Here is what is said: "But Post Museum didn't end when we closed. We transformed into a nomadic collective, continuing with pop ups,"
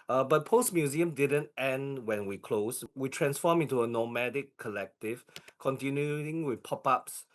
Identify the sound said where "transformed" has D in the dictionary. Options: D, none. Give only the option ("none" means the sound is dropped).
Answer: none